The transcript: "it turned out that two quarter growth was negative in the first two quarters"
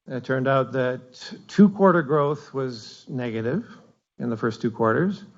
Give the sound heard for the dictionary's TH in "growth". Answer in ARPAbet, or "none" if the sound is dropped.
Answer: TH